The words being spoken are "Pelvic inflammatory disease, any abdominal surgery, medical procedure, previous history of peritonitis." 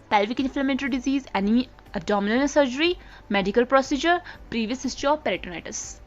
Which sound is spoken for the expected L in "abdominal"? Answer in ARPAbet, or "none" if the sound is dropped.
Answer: N